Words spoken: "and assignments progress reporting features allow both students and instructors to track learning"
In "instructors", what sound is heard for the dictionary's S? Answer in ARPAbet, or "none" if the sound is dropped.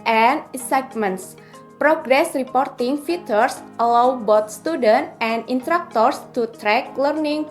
none